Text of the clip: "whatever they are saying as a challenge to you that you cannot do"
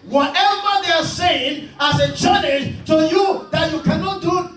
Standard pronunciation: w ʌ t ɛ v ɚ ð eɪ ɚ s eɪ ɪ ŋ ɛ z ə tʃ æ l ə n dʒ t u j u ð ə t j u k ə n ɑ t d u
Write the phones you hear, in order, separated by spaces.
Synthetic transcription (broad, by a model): w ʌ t ɛ v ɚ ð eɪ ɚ s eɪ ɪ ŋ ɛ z ə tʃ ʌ n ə dʒ t u j u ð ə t j u k ə n ɑ t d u